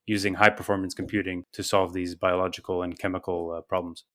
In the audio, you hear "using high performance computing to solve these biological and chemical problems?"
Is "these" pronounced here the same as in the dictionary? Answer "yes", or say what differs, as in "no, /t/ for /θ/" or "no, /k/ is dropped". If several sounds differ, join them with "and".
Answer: yes